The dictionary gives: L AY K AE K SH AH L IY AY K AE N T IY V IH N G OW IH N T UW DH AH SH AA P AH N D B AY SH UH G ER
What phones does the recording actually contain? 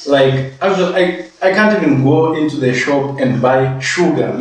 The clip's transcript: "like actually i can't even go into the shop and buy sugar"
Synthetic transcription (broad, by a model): L AY K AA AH W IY AY K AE N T IY V IH N G OW IH N T UW DH AH SH AA P AH N D B AY SH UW G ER